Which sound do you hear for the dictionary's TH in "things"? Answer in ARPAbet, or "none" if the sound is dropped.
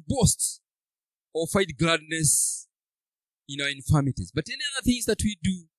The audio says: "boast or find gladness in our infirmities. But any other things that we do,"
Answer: TH